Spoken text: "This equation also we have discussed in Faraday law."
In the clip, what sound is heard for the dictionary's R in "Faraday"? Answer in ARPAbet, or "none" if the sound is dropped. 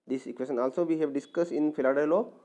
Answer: L